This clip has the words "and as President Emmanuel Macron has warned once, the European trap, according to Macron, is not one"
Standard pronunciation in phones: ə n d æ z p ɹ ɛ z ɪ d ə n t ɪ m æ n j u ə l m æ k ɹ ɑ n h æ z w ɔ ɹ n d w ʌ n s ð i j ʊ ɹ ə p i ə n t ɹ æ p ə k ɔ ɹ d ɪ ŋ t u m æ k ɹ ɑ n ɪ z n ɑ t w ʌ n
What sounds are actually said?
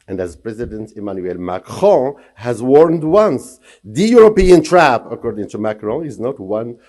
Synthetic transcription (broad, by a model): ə n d æ z p ɹ ɛ z ɪ d ə n t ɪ m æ n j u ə l m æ k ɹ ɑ h æ z w ɔ ɹ n d w ʌ n s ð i j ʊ ɹ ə p i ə n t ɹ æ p ə k ɔ ɹ d ɪ ŋ t u m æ k ɹ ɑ ɪ z n ɑ t w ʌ n